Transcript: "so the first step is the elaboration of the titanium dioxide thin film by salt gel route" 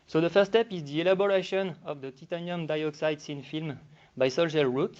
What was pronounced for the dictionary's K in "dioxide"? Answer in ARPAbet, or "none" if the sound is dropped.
K